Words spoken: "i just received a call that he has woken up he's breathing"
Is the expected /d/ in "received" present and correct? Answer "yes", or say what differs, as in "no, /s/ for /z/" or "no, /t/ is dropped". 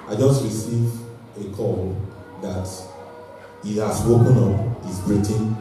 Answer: no, /d/ is dropped